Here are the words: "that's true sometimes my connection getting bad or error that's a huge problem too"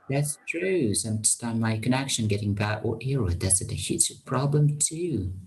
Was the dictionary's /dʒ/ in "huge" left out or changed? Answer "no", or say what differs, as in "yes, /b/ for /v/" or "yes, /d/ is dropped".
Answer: yes, /tʃ/ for /dʒ/